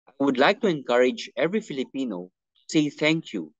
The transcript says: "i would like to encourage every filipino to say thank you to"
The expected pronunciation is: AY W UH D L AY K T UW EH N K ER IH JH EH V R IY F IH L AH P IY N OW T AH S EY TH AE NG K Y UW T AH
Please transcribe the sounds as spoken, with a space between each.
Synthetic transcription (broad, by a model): AY W UH D L AY K T UW EH N K ER IH JH EH V R IY F IH L AH P IY N OW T S EY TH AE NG K Y UW